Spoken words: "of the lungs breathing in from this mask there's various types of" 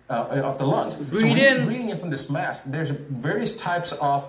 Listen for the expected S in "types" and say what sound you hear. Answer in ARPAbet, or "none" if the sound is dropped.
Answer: S